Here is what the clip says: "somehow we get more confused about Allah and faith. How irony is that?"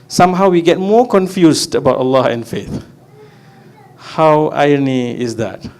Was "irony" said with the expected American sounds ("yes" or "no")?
no